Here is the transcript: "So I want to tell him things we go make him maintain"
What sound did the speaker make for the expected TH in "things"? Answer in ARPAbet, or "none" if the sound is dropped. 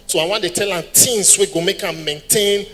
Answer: T